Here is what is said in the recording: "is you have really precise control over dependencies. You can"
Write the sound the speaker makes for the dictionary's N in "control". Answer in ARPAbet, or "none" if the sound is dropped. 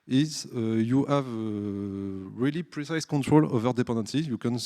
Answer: N